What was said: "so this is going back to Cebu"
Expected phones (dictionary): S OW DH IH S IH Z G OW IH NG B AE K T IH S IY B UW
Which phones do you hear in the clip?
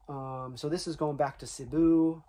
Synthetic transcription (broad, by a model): S OW DH IH S IH Z G OW IH NG B AE K T IH S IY B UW